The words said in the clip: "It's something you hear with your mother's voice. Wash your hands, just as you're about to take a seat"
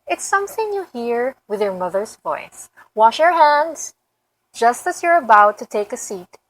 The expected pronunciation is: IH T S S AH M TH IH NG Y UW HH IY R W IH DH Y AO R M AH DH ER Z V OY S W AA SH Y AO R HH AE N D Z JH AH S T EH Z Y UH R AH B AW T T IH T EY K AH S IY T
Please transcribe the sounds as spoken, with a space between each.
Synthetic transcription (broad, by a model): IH T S S AH M TH IH NG Y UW HH IY R W IH DH Y AO R M AH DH ER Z V OY S W AA SH Y AO R HH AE N D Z JH AH S T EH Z Y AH R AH B AW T T IH T EY K AH S IY T